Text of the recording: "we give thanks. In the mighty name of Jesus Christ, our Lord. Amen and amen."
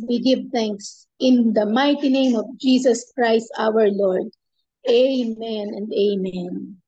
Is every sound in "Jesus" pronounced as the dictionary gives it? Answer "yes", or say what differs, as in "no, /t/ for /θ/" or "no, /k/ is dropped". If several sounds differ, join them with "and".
no, /s/ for /z/